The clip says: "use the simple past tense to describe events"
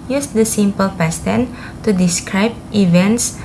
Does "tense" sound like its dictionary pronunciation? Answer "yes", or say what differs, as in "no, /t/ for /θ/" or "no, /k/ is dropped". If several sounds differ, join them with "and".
no, /s/ is dropped